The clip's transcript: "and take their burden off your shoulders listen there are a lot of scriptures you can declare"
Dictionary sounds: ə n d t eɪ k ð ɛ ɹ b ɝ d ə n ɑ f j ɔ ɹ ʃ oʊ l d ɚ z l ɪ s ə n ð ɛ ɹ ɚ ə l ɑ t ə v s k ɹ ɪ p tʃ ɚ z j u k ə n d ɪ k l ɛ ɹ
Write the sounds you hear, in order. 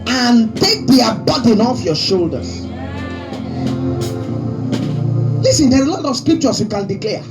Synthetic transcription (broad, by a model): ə n t eɪ k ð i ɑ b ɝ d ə n ɑ f j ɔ ʃ oʊ l d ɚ s l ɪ s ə n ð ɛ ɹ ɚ ə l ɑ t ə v s k ɹ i p tʃ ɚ s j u k ə n d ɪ k l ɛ